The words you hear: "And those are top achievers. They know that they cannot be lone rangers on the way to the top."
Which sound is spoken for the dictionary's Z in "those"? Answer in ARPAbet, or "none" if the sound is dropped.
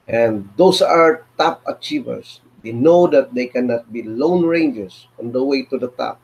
S